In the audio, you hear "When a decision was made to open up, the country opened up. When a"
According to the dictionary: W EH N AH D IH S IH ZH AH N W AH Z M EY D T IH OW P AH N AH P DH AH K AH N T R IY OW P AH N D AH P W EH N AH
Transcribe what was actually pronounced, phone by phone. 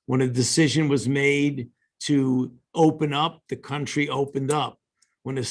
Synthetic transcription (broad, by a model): W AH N AH D IH S IH ZH AH N W AH Z M EY D T IH OW P AH N AH P DH AH K AH N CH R IY OW P AH N D AH P W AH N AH